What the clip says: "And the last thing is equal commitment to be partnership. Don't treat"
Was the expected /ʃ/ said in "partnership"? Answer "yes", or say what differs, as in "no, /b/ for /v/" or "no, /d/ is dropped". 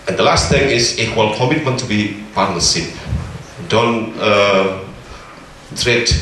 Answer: no, /s/ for /ʃ/